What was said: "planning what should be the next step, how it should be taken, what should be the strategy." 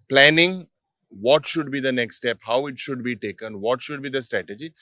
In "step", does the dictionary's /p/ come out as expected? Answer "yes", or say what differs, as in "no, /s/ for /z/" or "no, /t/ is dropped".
yes